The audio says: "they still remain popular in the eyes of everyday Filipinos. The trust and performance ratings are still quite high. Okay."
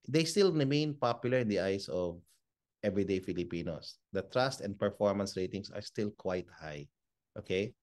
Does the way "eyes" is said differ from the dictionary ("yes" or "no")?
yes